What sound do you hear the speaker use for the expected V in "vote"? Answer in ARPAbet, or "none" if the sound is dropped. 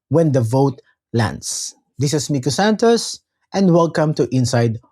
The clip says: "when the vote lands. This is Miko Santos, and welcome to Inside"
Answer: V